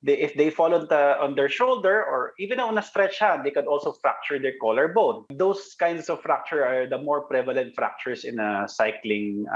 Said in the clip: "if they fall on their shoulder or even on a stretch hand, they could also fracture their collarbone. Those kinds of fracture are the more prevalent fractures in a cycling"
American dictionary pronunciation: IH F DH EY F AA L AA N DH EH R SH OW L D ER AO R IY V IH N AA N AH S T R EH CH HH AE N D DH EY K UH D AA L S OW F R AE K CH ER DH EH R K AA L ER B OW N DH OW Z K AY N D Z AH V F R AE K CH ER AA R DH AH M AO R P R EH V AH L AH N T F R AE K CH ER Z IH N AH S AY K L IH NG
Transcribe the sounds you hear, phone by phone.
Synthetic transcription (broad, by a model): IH F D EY F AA L AA N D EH R SH OW L D ER AO R IY V IH N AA N AH S T R EH CH HH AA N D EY K UH D AA L S OW F R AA K CH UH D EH R K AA L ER B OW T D OW S K AY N D S AH V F R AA K CH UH AA R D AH M AO R P R EH V AH L AH N T F R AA K CH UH S IH N AH S AY K L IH NG